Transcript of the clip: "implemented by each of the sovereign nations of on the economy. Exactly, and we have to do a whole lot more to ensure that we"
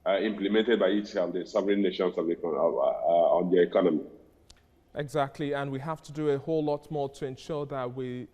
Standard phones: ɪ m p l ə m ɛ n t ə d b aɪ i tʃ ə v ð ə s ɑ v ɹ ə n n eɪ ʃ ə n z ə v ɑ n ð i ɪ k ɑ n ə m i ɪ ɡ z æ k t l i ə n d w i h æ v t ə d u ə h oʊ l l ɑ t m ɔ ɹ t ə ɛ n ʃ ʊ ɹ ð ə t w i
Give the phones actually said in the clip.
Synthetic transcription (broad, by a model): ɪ m p l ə m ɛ n t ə d b aɪ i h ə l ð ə s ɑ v ɹ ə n n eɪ ʃ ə n s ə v ɑ n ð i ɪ k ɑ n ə m i ɪ ɡ z æ k t l i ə n w i h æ f t ə d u ə h oʊ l l ɑ t m ɔ ɹ t ə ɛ n ʃ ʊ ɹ ð ə t w i